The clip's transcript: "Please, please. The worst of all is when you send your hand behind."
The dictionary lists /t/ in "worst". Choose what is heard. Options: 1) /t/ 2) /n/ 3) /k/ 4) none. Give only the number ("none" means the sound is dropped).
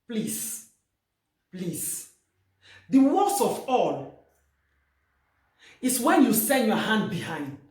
4